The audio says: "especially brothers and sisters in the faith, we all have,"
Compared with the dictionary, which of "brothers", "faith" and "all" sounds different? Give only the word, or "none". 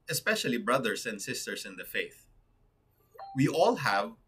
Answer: brothers